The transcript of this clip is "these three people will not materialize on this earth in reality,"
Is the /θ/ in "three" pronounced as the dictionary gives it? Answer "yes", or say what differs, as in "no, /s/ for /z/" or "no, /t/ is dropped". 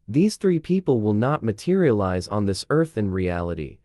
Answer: yes